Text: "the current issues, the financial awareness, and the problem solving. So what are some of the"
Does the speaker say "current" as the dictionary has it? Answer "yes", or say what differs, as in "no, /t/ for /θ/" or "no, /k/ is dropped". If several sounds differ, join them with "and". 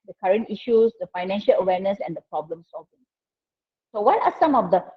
yes